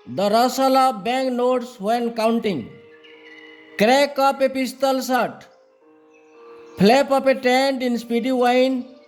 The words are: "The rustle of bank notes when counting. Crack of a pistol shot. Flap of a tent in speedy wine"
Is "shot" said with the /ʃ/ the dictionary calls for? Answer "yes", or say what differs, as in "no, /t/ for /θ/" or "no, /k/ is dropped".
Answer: no, /s/ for /ʃ/